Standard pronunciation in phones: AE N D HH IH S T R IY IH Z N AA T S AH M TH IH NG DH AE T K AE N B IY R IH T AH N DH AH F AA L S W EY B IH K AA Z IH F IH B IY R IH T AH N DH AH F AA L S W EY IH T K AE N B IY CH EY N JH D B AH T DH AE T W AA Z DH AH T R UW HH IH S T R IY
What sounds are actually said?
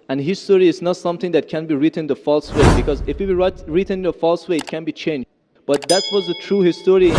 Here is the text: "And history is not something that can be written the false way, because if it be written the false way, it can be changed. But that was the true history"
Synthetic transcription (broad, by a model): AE N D HH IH S T R IY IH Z N AA T S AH M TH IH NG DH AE T K AE N B IY R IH T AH N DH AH F AA L S W EY B IH K AA Z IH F IH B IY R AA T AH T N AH F AA L S W EY IH T K AE N B IY CH EY N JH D B AH T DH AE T W AA Z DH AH T R UW HH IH S T R IY